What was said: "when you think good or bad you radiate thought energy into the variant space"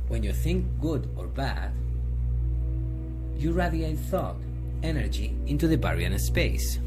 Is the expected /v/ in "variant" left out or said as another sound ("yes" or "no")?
yes